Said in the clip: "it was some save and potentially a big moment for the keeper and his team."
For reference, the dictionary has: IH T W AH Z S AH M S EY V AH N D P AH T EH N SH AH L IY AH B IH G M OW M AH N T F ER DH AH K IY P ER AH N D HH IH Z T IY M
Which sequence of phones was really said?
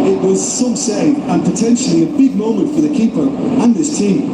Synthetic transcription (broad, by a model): IH T W AH Z S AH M S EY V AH N P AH T EH N SH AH L IY AH B IH G M OW M AH N T F ER DH AH K IY P ER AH N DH IH S T IY M